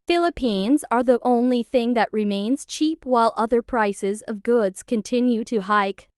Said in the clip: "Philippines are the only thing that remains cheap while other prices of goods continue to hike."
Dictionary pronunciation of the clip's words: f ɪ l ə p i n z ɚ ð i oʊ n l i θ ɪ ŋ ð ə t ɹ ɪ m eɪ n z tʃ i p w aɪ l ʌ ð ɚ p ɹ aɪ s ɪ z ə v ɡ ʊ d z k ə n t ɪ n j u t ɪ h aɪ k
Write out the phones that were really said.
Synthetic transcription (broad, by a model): f ɪ l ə p i n z ɚ ð i oʊ n l i θ ɪ ŋ ð ə t ɹ ɪ m eɪ n z tʃ i p w aɪ l ʌ ð ɚ p ɹ aɪ s ɪ z ə v ɡ ʊ d z k ə n t ɪ n j u t ɪ h aɪ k